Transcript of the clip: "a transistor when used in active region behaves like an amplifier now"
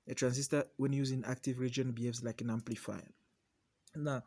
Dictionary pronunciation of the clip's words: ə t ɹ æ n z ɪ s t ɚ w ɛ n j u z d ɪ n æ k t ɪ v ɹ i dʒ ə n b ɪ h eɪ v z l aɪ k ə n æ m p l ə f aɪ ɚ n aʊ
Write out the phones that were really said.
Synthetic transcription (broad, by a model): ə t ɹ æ n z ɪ s t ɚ w ɛ n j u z ɪ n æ k t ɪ v ɹ i dʒ ə n b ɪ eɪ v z l aɪ k ə n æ m p l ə f aɪ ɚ n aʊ